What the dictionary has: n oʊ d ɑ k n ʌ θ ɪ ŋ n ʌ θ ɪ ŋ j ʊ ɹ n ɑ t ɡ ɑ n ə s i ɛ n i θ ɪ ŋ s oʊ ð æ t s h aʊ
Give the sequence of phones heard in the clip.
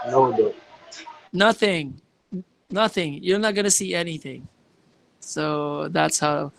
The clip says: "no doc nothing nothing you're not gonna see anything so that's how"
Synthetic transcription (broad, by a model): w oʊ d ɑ n ʌ θ ɪ ŋ n ʌ θ ɪ ŋ j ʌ ɹ n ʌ t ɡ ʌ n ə s i ɛ n i θ ɪ ŋ s oʊ ð æ t s h aʊ